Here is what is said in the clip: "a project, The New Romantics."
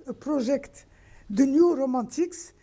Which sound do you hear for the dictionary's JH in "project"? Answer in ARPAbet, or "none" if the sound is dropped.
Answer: ZH